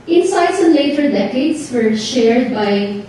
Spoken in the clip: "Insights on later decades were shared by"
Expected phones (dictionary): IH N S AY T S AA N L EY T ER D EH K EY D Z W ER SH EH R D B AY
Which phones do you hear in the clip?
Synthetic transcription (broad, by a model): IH N S AY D S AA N L EY T ER D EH K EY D S W ER SH EH R D B AY